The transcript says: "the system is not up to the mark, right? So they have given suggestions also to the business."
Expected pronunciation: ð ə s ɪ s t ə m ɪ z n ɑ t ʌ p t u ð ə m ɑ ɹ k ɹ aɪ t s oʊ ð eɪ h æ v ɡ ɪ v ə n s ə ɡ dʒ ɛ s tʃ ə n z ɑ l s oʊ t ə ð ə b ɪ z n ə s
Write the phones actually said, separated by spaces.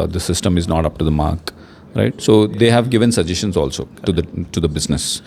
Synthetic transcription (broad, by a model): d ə s ɪ s t ə m ɪ z n ɑ t ʌ p t u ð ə m ɑ ɹ k ɹ aɪ t s oʊ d eɪ h æ v ɡ ɪ v ə n s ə dʒ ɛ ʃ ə n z ɑ l s oʊ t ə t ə b ɪ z n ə s